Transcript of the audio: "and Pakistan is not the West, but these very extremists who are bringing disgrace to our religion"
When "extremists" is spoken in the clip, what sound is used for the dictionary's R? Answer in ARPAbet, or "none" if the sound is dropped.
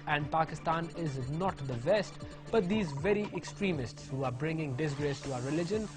R